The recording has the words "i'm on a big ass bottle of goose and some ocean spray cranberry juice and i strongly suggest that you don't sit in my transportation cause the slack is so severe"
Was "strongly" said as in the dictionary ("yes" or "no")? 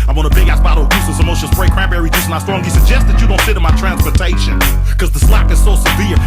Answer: no